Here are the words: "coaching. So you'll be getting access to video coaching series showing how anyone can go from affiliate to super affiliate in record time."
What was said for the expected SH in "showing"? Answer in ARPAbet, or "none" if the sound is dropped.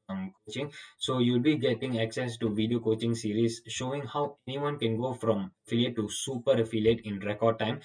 SH